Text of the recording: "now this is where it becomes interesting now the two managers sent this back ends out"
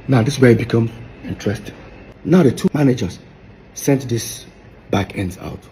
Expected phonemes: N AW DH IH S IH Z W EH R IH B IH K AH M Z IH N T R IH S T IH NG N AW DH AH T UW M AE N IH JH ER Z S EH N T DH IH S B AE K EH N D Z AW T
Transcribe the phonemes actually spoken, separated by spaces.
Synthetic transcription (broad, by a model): N AW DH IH S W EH IH B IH K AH M IH N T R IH S T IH N AW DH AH T UW M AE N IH JH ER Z S EH N T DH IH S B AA K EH N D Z AW T